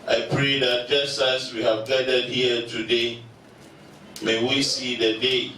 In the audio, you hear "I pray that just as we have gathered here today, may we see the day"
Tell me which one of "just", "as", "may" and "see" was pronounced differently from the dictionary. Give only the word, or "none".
as